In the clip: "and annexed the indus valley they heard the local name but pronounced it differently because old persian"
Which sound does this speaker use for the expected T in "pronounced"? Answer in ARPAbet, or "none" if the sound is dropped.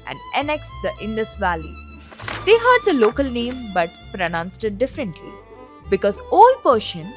T